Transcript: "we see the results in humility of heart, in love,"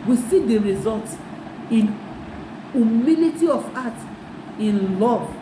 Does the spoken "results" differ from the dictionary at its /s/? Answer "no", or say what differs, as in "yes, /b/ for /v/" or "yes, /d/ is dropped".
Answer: yes, /s/ is dropped